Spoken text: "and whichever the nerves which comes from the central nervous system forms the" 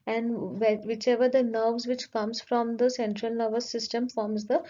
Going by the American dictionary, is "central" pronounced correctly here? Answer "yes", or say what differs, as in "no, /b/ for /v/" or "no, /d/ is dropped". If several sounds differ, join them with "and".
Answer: yes